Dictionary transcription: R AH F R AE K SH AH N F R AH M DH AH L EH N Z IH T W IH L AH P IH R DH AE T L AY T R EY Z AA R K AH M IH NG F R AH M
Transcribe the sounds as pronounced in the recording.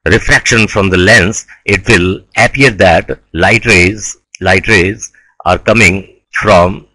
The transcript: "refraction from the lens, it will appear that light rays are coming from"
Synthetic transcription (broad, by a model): R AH F R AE K SH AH N F R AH M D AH L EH N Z IH T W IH L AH P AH R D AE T L AY T R EY Z AA R K AH M IH NG F R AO M